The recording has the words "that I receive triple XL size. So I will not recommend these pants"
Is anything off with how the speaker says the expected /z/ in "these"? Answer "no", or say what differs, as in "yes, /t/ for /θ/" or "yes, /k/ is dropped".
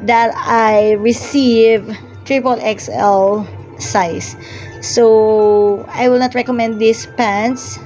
yes, /s/ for /z/